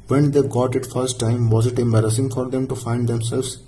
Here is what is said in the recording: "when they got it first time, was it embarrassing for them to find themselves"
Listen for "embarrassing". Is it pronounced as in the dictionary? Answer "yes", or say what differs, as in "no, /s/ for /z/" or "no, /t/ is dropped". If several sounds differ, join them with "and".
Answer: yes